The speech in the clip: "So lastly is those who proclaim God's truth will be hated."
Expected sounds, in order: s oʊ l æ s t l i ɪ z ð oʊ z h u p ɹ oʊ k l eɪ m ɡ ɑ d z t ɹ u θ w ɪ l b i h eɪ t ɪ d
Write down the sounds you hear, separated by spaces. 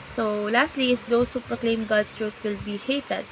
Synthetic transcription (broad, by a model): s oʊ l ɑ s t l i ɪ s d oʊ s h u p ɹ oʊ k l eɪ m ɡ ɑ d s t ɹ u t w ɪ l b i h eɪ t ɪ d